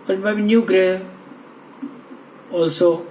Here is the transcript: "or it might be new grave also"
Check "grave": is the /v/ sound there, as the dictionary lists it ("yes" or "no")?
no